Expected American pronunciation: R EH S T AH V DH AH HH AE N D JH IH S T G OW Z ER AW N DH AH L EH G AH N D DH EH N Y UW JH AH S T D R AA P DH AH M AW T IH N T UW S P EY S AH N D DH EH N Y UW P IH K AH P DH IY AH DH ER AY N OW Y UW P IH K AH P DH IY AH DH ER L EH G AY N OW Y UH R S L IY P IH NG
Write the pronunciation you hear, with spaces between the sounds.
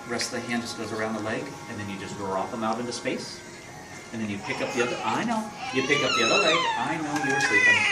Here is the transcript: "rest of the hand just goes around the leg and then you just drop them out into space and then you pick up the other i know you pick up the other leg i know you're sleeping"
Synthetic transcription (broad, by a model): R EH S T DH AH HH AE N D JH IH S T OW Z ER AW N DH AH L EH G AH N DH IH N Y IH JH AH S T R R AA F DH AH M AW T IH N T UW S P EY S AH N DH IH N Y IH P IH K AH P DH IY AH DH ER AY N OW Y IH P IH K AH P DH IY AH DH ER L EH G AY N OW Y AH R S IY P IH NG